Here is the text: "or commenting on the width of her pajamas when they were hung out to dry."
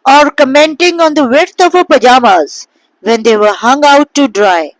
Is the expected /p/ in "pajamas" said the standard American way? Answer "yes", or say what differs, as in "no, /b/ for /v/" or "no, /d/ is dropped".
yes